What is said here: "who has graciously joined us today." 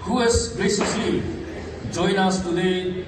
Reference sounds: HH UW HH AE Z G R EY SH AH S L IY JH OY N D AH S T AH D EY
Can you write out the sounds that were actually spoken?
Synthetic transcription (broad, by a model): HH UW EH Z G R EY S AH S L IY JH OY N AA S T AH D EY